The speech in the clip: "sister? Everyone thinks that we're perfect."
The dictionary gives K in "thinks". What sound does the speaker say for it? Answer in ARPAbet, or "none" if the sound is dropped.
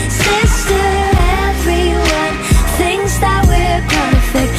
none